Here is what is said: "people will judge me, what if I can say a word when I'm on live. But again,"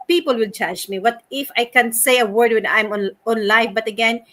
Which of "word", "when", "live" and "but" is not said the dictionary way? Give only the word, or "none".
live